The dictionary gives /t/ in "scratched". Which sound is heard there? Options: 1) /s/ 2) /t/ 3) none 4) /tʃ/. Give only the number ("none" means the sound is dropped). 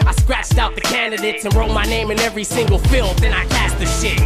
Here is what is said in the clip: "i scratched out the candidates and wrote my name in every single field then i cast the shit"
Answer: 2